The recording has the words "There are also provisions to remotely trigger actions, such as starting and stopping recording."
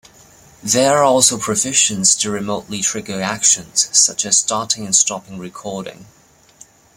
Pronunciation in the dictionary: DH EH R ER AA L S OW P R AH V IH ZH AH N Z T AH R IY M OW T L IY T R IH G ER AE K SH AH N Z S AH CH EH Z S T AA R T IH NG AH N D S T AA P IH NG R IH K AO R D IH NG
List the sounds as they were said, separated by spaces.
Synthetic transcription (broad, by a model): DH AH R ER AA L S OW P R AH F IH SH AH N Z T AH R IY M OW T L IY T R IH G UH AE K SH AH N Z S AH CH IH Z S T AA R T IH NG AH N S T AA P IH NG R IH K AO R D IH NG